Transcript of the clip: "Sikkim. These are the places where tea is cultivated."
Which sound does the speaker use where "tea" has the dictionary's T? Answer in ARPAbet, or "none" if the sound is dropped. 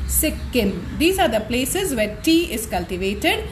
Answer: T